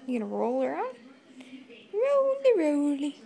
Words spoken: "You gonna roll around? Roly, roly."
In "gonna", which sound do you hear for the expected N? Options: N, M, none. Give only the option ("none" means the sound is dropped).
none